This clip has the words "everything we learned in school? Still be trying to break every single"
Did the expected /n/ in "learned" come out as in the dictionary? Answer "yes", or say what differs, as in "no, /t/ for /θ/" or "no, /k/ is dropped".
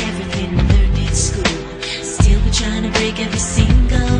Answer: no, /n/ is dropped